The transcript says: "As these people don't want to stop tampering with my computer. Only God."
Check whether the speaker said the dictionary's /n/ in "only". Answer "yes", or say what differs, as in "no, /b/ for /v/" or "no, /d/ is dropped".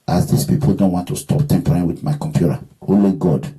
no, /n/ is dropped